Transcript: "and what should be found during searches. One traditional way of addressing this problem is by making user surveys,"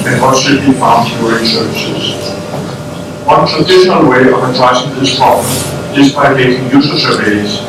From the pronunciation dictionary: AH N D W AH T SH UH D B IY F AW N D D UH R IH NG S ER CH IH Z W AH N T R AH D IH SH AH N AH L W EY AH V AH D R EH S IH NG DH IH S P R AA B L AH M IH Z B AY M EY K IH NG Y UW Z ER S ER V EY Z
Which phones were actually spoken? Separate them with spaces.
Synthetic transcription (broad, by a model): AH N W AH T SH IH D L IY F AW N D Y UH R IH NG S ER S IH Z W AH N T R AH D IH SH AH N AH L W EY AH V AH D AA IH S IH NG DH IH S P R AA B AH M IH Z B AY M EY K IH NG Y UW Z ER S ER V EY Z